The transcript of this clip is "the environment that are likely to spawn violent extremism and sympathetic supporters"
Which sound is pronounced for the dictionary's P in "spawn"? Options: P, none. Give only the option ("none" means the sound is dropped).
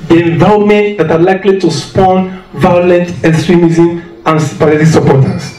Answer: P